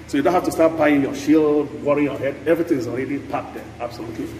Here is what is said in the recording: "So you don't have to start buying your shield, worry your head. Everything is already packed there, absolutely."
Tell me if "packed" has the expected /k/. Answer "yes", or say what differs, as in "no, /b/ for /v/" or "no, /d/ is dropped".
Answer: no, /k/ is dropped